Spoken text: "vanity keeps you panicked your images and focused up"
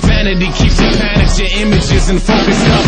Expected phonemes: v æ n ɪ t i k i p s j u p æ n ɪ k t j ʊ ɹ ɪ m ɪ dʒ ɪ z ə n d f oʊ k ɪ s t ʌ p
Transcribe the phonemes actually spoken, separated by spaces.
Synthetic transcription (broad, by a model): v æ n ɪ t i k i p s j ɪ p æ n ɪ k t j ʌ ɹ ɪ m ɪ dʒ ɪ z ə n f oʊ k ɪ s ʌ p